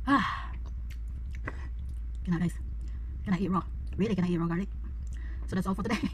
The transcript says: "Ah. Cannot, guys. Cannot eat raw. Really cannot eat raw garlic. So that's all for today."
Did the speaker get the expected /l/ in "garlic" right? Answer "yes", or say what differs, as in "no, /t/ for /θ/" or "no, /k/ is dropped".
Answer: no, /l/ is dropped